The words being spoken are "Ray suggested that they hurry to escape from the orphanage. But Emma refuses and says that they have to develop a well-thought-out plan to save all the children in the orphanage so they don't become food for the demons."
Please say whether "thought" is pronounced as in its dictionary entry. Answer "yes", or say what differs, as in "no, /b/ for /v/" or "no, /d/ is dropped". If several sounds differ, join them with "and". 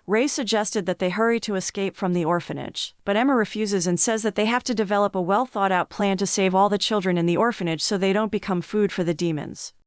yes